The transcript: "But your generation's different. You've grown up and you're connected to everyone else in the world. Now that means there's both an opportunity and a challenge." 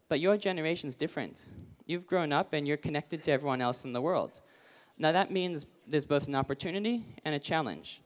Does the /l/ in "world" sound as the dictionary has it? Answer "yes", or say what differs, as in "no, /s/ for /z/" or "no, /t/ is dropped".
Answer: yes